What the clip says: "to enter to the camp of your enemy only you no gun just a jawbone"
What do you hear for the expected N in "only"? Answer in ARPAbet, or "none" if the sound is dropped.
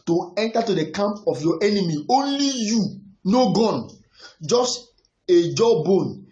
N